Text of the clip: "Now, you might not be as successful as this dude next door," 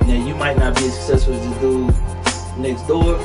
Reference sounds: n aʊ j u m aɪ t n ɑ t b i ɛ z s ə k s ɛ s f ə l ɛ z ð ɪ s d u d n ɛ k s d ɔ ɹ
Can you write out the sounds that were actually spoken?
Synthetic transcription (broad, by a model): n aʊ j u m aɪ t n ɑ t b i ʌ s ə k s ɛ s f ə l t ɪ d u n ɛ k s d ɔ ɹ